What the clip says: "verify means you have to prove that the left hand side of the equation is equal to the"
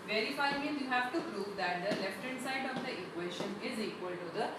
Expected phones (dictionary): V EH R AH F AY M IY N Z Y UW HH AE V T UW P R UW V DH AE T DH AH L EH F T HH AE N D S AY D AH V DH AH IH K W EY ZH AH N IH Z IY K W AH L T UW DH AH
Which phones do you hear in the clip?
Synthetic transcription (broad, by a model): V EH R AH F AY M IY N Y UW HH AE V T UW P R UW V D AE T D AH L EH F T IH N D S AY D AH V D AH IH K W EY SH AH N IH Z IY K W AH L T UW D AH